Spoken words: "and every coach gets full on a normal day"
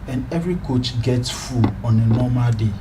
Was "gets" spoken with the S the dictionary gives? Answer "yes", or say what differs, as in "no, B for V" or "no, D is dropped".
yes